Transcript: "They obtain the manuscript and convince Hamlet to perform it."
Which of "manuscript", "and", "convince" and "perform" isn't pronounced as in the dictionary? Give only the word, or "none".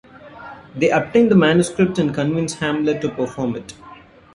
none